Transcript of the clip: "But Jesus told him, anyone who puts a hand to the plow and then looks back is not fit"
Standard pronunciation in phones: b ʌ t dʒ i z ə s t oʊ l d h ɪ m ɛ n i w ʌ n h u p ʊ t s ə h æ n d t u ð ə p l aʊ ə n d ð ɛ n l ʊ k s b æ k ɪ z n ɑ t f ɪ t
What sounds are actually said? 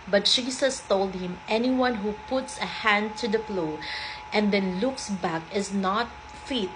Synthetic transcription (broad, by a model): b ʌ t ʃ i s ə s t oʊ l d h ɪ m ɛ n i w ʌ n h u p ʊ t s ə h æ n d t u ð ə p l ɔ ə n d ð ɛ n l ʊ k s b æ k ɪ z n ɑ t f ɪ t